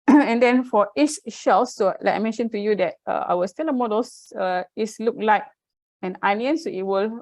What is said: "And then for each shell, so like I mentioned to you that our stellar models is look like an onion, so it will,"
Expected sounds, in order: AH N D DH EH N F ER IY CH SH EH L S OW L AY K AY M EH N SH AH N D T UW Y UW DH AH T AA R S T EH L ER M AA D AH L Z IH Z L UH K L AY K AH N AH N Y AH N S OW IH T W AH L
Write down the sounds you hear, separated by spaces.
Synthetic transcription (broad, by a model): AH N D EH N F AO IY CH SH EH L S OW L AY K AY M EH N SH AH N T UW Y UW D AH T AA W S T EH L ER M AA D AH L S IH S L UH K L AY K AH N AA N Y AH N S OW IH T W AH L